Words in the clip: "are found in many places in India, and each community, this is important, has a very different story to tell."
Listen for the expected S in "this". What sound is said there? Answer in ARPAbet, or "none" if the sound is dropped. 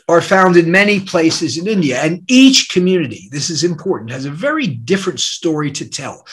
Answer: S